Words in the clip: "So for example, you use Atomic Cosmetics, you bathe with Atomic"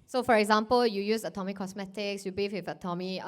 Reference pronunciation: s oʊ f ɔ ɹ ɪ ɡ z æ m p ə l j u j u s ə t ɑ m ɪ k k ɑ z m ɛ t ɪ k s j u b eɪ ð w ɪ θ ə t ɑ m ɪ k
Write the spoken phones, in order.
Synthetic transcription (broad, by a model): s oʊ f ɔ ɹ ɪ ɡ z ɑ m p ə l j u j u s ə t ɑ m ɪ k k ɑ s m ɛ t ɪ k s j u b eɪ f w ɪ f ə t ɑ m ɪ